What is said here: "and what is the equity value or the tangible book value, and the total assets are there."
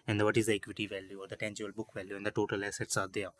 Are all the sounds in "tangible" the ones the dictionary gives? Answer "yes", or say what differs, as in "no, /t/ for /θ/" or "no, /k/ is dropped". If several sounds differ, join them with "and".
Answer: no, /b/ is dropped